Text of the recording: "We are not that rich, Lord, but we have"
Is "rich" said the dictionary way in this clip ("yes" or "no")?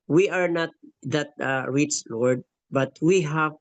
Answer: no